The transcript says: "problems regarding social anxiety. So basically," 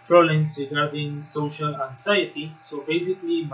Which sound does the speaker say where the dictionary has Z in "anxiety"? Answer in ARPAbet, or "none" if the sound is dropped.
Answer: S